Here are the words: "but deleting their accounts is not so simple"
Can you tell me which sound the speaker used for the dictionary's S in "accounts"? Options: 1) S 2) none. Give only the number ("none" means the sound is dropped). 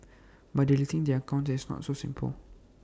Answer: 2